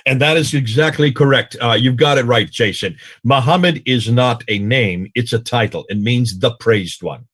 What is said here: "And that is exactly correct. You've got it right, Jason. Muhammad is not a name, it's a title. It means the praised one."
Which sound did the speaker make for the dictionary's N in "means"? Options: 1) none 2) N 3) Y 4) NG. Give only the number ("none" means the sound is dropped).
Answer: 2